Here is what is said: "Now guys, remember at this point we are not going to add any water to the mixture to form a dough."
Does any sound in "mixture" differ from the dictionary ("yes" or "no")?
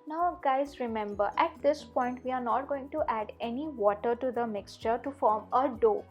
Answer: no